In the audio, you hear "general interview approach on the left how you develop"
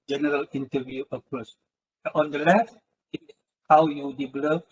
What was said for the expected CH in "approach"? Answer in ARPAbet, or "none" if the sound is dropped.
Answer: S